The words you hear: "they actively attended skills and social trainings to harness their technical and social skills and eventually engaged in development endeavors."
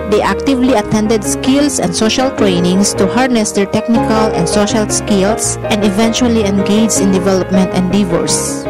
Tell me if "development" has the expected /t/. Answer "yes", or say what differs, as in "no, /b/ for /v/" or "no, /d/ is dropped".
yes